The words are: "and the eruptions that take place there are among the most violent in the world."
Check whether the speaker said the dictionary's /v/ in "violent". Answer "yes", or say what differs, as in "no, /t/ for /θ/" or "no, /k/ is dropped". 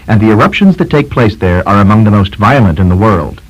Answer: yes